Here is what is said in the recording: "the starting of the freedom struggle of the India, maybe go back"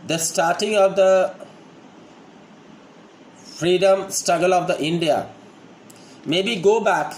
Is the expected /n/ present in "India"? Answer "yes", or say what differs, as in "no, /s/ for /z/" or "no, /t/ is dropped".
yes